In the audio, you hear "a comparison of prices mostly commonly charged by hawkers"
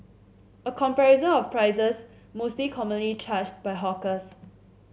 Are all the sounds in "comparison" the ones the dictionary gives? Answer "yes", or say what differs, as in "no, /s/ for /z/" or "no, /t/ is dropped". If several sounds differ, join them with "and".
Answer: no, /n/ is dropped